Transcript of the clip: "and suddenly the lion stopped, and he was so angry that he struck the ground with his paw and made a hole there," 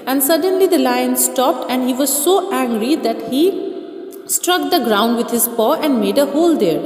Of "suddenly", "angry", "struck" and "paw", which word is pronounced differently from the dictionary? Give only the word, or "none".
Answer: none